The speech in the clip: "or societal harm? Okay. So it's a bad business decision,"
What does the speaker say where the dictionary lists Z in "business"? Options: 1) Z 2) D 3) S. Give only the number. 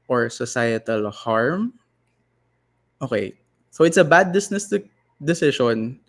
3